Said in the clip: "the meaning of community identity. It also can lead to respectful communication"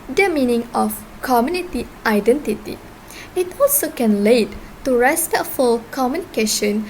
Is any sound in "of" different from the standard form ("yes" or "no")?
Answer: yes